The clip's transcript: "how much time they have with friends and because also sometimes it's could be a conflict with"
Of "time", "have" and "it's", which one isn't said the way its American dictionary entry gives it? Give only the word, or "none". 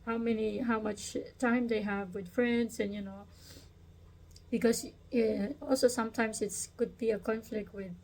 none